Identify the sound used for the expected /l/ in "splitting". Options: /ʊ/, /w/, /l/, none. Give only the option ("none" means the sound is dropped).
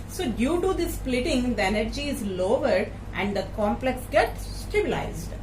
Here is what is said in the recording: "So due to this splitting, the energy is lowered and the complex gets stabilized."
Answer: /l/